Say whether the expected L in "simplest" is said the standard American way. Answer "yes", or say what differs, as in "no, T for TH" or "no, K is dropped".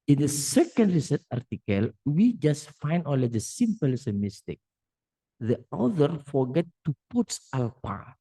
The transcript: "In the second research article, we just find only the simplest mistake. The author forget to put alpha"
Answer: no, L is dropped